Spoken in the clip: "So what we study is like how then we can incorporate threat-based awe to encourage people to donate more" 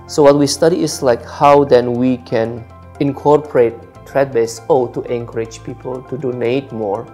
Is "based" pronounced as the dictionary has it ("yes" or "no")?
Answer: no